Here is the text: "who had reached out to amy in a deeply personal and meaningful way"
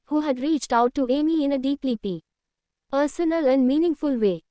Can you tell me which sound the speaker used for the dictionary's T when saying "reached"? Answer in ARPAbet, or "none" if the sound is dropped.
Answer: T